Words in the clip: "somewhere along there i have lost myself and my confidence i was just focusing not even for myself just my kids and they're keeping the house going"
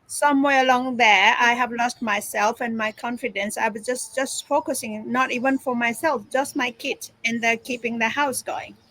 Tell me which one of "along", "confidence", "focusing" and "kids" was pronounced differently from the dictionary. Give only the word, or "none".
kids